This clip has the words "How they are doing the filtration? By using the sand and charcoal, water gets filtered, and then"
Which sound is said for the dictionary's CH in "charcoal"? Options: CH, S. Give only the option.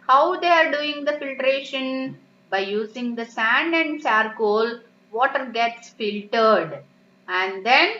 S